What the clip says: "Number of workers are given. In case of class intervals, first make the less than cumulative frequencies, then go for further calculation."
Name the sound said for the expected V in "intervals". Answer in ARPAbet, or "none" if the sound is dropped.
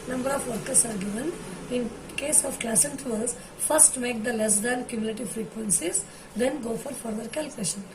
none